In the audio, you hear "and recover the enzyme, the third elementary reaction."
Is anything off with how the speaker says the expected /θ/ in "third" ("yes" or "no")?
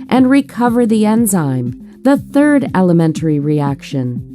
no